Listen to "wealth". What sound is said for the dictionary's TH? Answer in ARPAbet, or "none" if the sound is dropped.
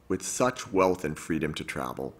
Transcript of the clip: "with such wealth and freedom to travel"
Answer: TH